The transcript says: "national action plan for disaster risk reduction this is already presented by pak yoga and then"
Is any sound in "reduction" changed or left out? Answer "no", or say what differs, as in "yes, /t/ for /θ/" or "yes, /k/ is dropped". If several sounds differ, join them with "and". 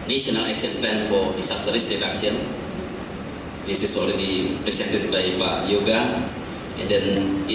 yes, /s/ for /ʃ/